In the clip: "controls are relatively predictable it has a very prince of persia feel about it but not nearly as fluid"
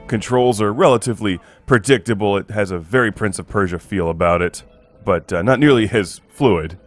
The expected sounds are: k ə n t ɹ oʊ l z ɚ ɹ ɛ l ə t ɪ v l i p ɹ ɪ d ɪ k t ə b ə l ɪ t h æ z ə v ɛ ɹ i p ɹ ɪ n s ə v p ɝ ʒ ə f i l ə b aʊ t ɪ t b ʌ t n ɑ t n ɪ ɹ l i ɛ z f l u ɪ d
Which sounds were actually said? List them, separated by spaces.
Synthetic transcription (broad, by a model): k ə n t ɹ oʊ l z ɚ ɹ ɛ l ə t ɪ v l i p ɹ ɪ d ɪ k t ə b l ɪ t h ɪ z ə v ɛ ɹ i p ɹ ɪ n s ə v p ɝ ʒ ə f i l ə b aʊ t ɪ t b ʌ t n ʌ t n ɪ ɹ l i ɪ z f l u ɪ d